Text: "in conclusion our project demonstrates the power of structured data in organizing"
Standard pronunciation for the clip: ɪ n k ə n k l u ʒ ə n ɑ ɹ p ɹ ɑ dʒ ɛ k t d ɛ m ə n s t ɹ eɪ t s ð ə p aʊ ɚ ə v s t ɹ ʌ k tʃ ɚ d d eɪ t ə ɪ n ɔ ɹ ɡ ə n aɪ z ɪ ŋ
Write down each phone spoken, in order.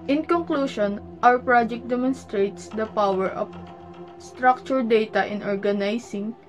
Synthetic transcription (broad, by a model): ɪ n k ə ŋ k l u ʃ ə n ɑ w p ɹ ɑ dʒ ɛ k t d ɛ m ə n s t ɹ eɪ t s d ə p aʊ ɚ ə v s t ɹ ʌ k tʃ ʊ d d eɪ t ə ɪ n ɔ ɹ ɡ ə n aɪ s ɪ ŋ